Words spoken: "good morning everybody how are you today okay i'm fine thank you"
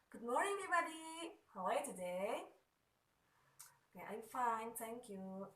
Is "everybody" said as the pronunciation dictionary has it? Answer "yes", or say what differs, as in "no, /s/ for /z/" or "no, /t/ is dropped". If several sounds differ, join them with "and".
no, /ɹ/ is dropped